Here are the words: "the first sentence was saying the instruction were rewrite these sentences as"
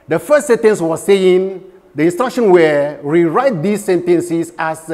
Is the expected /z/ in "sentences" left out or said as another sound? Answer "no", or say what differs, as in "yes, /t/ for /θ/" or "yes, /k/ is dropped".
yes, /s/ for /z/